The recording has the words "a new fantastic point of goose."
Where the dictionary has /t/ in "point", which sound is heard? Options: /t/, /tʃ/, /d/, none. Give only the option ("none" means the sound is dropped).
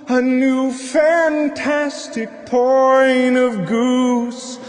none